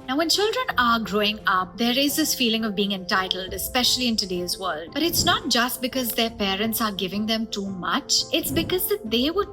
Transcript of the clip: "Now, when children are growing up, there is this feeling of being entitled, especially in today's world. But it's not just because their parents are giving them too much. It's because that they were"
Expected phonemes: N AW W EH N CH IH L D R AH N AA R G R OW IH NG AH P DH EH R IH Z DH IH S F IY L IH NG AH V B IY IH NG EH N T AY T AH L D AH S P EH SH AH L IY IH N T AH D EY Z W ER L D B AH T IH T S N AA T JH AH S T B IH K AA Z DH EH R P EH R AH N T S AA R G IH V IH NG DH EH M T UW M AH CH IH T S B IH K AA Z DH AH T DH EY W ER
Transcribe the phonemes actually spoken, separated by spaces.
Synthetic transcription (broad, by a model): N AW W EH N CH IH L D R AH N AA R G R OW IH NG AH P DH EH R IH Z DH IH S F IY L IH NG AH V B IY IH NG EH N T AY T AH L D AH S P EH SH AH L IY IH N T AH D EY Z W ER L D B AH T IH T S N AA T JH AH S T B IH K AA Z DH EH R P EH R AH N T S AA R G IH V IH NG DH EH M T UW M AH CH IH T S B IH K AA Z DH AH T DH EY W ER